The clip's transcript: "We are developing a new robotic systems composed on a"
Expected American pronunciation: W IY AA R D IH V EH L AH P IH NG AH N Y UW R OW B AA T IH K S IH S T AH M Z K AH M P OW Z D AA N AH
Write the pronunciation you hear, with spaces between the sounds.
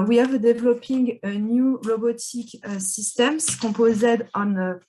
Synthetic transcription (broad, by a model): W IY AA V D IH V L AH P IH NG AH N Y UW L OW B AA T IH K S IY S T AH M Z K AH P OW Z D AA N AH